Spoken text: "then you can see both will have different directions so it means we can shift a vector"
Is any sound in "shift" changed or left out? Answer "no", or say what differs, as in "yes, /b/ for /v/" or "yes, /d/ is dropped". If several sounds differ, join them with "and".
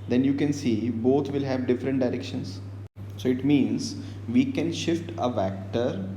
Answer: no